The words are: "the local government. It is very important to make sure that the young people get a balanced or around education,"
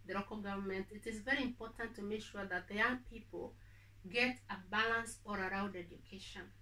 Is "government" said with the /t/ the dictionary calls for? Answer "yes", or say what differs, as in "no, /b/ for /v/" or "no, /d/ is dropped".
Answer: yes